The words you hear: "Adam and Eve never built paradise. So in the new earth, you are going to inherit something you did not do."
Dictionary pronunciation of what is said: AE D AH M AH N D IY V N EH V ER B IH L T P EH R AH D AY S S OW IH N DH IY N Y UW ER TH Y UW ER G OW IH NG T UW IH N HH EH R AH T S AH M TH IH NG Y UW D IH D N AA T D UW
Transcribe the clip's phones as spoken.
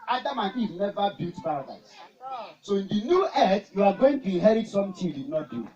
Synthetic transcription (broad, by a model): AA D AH M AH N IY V N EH V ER B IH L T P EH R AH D AY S S OW IH N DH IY N Y UW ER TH Y UW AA G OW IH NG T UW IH HH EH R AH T S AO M T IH D IH D N AA T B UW